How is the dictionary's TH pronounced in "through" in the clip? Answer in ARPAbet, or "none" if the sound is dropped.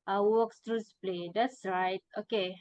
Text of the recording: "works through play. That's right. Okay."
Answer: T